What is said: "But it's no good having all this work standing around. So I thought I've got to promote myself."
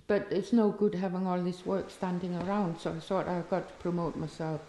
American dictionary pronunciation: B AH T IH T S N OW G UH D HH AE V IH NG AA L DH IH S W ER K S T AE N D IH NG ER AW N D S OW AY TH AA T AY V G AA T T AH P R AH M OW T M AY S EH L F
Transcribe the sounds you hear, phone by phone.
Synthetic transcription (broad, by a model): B AH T IH T S N OW G UH D HH AE V IH NG AA L DH IH S W ER K S T AE N D IH NG ER AW N D S OW AY TH AA T AY V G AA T T AH P R AH M OW T M AY S EH L F